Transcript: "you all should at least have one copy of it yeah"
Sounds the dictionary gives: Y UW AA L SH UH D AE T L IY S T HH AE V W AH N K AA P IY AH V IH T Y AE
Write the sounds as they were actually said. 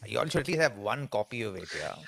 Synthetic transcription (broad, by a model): Y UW AA L S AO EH T L IY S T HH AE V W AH N K AA P IY AH V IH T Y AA